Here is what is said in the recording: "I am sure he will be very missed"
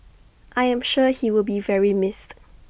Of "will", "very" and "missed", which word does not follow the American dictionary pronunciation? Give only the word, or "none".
none